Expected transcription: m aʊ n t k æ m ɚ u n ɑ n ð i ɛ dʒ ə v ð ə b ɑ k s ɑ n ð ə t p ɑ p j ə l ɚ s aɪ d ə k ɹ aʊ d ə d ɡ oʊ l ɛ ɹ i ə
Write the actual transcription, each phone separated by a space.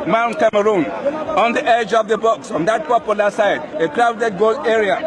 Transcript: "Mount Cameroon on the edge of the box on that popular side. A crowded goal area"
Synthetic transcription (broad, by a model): m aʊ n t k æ m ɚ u n ɑ n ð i ɛ dʒ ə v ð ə b ɑ k s ɑ n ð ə t p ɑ p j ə l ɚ s aɪ d ə k ɹ aʊ d ə d ɡ oʊ l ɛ ɹ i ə